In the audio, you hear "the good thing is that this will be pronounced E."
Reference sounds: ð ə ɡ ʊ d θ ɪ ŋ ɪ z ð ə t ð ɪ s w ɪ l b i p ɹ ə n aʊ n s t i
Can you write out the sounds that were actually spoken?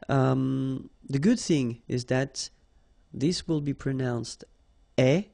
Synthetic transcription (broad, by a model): ð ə ɡ ʊ d θ ɪ ŋ ɪ z ð ə t ð ɪ s w ɪ l b i p ɹ ə n aʊ n s t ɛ